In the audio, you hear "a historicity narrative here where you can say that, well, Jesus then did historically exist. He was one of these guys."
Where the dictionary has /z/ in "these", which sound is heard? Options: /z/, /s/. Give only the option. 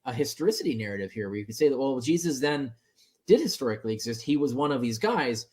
/z/